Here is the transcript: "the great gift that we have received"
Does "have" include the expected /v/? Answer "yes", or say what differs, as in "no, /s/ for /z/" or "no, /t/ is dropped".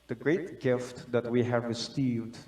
yes